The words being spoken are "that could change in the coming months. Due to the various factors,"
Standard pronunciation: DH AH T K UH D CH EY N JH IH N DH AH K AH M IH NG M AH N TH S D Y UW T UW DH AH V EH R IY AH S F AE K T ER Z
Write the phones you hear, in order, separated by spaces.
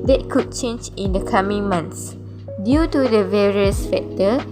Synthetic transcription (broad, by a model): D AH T K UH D CH EY N JH IH N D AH K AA M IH NG M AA N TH S D Y UW T UW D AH V EH R IY AH S F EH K T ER